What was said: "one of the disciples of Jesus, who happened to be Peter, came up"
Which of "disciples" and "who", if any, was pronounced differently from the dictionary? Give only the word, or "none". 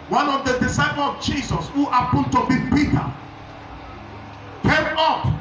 disciples